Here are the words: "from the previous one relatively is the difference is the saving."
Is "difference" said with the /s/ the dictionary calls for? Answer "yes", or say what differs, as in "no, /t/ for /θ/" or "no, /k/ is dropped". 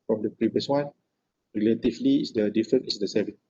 no, /s/ is dropped